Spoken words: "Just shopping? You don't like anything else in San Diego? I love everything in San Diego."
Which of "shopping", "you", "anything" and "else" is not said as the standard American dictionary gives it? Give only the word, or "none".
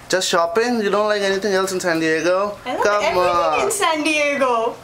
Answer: anything